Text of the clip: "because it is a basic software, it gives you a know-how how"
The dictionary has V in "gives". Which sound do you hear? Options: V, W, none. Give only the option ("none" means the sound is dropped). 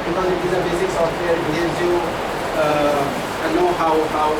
none